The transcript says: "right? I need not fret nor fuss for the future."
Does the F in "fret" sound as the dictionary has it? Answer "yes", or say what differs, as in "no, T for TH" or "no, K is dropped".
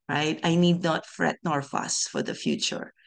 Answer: yes